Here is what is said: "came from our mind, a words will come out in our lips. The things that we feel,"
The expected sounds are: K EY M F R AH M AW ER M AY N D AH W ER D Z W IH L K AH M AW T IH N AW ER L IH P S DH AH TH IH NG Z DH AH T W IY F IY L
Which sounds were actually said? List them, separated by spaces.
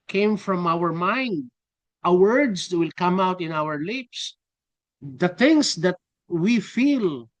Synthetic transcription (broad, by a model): K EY M F R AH M AW ER M AY N D AH W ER D S W IH L K AH M AW T IH N AW ER L IH P S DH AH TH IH NG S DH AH T W IY F IY L